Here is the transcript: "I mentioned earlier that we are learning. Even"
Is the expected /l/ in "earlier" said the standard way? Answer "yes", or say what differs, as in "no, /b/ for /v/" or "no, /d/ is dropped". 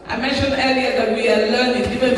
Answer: no, /l/ is dropped